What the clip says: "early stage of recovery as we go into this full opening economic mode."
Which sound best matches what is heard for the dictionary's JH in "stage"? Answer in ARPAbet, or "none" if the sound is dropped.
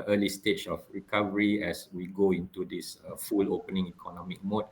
CH